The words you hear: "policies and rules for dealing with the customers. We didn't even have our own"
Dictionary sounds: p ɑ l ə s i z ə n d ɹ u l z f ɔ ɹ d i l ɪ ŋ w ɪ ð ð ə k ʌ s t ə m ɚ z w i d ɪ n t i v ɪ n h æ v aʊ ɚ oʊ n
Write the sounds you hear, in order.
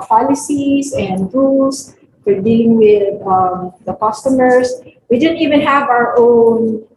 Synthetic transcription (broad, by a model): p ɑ l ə s i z ə n d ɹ u l s f ɔ ɹ d i l ɪ ŋ w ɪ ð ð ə k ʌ s t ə m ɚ s w i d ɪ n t i v ɪ n h æ v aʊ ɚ oʊ n